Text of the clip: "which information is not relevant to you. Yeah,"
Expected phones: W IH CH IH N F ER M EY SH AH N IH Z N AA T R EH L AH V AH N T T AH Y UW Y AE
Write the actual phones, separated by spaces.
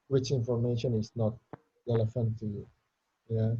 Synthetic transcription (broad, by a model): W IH CH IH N F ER M EY SH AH N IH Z N AA T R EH L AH F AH N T T AH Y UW Y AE